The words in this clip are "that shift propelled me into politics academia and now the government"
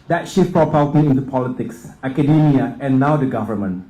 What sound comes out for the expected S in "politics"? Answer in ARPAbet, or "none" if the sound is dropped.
S